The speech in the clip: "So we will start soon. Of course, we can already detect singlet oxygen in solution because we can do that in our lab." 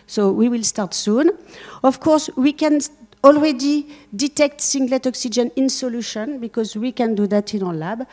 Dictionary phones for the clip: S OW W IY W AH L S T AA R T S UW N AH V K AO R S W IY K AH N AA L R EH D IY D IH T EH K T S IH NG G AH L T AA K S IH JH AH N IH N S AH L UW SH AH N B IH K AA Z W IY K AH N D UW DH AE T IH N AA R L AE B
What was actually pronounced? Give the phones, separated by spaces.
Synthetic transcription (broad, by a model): S OW W IY W AH L S T AA R T S UW N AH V K AO R S W IY K AH N AA L R EH D IY D IH T EH K T S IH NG G L T AA K S IH JH AH N IH N S AH L UW SH AH N B IH K AA Z W IY K AH N D UW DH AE T IH N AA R L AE B